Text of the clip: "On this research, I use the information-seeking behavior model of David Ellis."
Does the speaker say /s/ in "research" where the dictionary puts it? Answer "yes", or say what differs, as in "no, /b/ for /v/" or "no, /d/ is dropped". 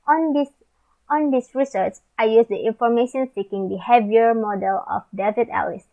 yes